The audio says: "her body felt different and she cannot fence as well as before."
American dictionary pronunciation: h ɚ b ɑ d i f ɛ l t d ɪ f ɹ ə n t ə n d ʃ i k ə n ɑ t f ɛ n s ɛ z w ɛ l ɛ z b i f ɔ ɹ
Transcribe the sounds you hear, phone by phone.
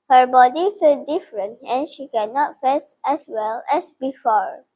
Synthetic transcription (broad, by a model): h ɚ b ɑ d i f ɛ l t d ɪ f ɹ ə n t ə n ʃ i k ə n ɑ t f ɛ s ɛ s w ɛ l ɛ s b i f ɔ ɹ